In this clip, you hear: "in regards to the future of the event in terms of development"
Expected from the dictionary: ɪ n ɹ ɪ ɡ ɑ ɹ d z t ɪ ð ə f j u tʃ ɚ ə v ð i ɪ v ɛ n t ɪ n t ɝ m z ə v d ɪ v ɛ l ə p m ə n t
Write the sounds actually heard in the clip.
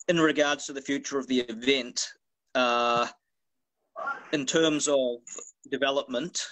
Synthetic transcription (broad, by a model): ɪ n ɹ ɪ ɡ ɑ ɹ d z t ɪ ð ə f j u tʃ ɚ ə v ð i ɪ v ɛ n t ɪ n t ɝ m z ə v d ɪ v ɛ l ə p m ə n t